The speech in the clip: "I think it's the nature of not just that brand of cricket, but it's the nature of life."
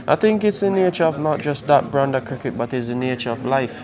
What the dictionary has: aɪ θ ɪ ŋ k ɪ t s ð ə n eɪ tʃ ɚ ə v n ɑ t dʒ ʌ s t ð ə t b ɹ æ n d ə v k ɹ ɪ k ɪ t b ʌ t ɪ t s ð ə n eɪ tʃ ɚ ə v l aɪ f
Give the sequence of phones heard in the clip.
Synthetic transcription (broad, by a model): aɪ θ ɪ ŋ k ɪ t s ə n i tʃ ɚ ə v n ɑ t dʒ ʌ s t ð ə t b ɹ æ n d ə k ɹ ɪ k ɪ t b ʌ t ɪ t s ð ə n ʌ tʃ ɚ ə v l aɪ f